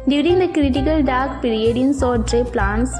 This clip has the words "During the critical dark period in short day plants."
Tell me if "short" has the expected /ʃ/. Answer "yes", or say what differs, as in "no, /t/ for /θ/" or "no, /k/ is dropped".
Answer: no, /s/ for /ʃ/